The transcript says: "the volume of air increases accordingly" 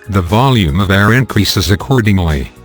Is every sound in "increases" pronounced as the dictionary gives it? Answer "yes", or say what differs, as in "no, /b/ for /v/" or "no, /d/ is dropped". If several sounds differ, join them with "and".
yes